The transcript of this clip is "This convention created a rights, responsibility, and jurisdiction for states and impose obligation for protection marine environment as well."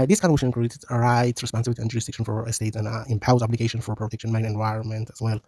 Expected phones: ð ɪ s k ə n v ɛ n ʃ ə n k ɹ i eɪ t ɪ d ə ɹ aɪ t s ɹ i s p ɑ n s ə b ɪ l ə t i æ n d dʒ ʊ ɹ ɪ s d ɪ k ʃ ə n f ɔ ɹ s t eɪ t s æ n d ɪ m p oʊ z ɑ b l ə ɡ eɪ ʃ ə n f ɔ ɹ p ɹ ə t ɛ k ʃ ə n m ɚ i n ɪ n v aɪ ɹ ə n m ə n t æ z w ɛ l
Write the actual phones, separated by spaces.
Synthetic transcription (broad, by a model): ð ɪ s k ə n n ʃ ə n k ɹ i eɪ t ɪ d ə ɹ aɪ t s ɹ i s p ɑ n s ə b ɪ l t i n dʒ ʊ ɹ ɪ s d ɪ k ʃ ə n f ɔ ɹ s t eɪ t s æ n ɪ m p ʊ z ɑ b l ə ɡ eɪ ʃ ə n f ɔ ɹ p ɹ ə t ɛ k ʃ ə n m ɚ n ɪ n v aɪ ɹ ə n m ə n t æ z w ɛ l